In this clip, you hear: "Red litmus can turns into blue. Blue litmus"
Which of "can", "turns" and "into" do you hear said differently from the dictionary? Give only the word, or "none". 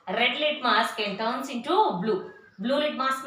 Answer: turns